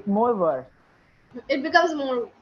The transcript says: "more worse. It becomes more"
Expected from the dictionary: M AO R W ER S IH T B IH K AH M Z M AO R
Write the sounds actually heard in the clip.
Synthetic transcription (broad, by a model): M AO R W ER IH T B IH K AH M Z M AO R